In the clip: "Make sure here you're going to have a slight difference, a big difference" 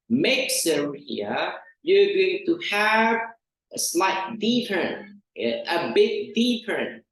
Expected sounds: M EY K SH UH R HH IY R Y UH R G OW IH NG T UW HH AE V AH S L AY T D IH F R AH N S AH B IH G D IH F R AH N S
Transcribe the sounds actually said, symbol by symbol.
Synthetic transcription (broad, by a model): M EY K S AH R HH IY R Y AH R G OW IH NG T UW HH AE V AH S L AY T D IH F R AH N AH B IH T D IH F R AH N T